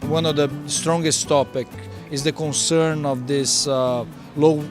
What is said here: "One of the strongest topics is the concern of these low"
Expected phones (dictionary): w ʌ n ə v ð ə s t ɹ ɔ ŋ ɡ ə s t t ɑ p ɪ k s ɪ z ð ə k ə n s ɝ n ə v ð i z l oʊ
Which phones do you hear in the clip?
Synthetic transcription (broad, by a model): w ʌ n ə v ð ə s t ɹ ɔ ŋ ɡ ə s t t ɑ p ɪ k ɪ z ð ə k ə n s ɝ n ə v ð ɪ s l oʊ